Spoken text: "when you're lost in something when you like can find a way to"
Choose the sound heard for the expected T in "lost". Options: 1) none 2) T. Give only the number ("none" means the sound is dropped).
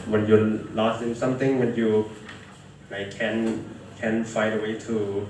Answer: 1